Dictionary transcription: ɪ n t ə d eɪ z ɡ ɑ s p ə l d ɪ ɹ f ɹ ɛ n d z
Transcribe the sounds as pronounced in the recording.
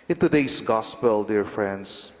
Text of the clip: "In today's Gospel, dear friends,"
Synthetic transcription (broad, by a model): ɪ n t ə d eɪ s ɡ ɑ s p ə l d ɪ ɹ f ɹ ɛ n d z